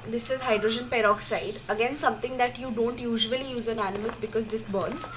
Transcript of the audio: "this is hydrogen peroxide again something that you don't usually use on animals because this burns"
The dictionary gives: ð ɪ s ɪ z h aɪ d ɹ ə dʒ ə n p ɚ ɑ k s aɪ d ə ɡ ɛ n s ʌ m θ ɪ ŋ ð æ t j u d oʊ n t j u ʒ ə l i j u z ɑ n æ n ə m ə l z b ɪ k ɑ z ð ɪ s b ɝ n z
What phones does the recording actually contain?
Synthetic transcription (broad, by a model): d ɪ s ɪ z h aɪ d ɹ ə dʒ ə n p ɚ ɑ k s aɪ d ə ɡ ɛ n s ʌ m t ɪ ŋ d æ t j u d oʊ n t j u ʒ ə l i j u z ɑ n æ n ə m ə l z b ɪ k ɑ z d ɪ s b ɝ n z